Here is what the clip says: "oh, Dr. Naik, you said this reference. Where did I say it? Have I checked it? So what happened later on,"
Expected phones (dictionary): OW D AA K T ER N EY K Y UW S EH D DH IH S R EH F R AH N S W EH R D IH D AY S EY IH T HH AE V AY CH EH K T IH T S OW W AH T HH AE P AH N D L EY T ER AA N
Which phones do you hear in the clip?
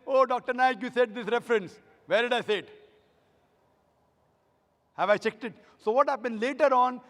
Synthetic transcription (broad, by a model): OW D AA K T ER N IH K Y UW S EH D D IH S R EH F R AH N S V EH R D IH D AY S EY IH T HH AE V AY CH EH K T IH T S OW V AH T HH AE P AH N D L EY T ER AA N